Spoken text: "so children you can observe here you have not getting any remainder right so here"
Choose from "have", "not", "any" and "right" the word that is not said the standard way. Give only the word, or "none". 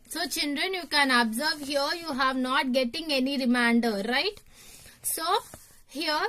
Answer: none